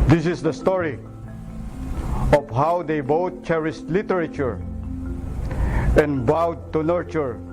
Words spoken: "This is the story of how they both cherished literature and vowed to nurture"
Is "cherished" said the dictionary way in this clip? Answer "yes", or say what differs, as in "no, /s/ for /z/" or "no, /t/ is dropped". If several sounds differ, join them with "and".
no, /s/ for /ʃ/